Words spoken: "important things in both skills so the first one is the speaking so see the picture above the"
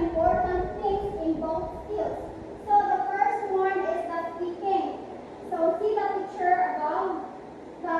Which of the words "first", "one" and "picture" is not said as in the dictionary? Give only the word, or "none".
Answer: picture